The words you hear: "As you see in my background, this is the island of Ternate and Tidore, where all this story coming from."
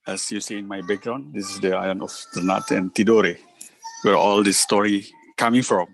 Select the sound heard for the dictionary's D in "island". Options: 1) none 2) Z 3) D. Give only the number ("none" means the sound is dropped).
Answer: 1